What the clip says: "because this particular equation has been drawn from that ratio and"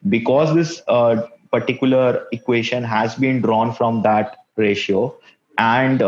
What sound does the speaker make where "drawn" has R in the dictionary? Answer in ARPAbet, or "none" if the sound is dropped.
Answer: R